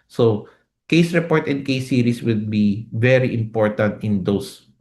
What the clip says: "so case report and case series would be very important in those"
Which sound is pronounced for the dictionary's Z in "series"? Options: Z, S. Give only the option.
S